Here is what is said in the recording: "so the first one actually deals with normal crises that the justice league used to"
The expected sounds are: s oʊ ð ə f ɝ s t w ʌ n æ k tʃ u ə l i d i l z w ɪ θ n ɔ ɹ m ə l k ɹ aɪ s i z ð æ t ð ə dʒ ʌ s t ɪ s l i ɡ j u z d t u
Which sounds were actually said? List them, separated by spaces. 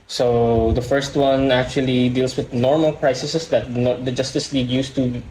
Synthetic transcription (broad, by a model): s oʊ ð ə f ɝ s t w ʌ n æ k tʃ u ə l i d i l s w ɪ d n ɔ ɹ m ə l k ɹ aɪ s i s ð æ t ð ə dʒ ʌ s t ɪ s l i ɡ j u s t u